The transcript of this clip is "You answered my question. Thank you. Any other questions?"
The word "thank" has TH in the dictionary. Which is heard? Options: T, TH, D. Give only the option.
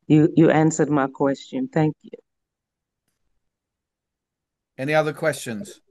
TH